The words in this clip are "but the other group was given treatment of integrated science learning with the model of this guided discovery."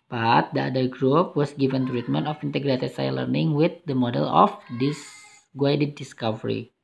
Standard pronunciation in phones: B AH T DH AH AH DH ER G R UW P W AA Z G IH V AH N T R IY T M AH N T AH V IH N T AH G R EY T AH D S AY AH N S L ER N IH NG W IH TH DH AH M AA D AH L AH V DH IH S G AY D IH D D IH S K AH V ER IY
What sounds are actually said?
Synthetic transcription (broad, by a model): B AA T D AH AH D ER G R UW P W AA S G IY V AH N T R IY T M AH N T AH F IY N T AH G R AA S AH S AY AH L ER N IH NG W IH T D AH M AA D AH L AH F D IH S G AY D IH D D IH S K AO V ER IY